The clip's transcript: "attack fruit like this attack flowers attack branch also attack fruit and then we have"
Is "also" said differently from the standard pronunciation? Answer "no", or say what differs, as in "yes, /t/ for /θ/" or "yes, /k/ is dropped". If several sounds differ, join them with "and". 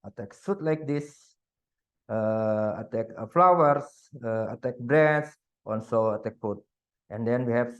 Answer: yes, /n/ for /l/